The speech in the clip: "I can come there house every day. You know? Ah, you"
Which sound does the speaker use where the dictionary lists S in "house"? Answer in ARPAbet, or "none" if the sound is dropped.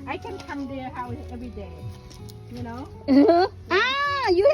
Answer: none